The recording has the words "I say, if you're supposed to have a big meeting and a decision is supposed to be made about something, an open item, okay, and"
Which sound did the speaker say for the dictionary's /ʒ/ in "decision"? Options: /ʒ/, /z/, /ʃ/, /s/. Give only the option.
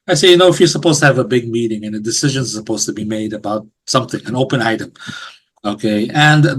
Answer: /ʒ/